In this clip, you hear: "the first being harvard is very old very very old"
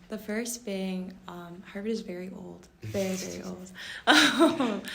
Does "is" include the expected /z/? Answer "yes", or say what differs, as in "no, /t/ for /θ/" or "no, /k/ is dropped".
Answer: yes